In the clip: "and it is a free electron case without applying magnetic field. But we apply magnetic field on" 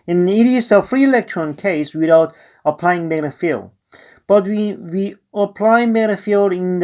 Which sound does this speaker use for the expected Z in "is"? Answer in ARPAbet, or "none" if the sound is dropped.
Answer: S